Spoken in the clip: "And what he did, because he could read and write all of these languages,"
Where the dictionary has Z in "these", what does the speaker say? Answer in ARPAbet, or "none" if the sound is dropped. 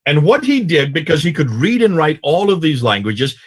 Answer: Z